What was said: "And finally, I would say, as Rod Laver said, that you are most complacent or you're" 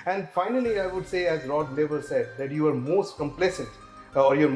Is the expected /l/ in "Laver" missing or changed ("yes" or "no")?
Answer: yes